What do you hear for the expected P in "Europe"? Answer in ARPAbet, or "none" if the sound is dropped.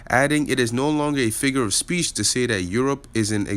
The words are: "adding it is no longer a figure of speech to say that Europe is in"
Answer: P